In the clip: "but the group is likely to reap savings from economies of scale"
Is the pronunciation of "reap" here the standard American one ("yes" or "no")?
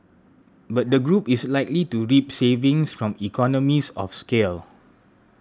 yes